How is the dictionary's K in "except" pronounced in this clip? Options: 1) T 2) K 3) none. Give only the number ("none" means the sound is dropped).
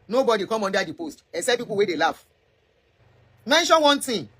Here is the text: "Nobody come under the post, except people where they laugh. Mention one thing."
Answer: 3